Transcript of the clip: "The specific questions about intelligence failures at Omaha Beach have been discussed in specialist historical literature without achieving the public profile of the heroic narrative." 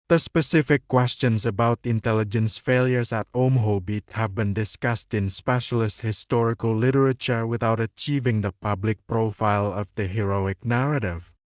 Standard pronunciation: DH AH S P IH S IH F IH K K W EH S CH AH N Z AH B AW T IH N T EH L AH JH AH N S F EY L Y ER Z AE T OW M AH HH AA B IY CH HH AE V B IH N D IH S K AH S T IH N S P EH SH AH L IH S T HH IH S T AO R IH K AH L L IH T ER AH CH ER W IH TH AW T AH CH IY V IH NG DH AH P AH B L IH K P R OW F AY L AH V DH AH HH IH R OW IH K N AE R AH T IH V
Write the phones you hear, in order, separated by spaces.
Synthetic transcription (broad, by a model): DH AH S P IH S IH F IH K K W EH S CH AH N S AH B AW T IH N T EH L AH JH AH N S F EY L Y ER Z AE T OW M HH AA B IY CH HH AE V B IH N D IH S K AH S T IH N S P EH SH AH L IH S T HH IH S T AO R IH K AH L L IH T ER AH CH ER W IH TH AW T AH CH IY V IH NG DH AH P AH B L IH K P R OW F AY L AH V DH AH HH IH R OW IH K N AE R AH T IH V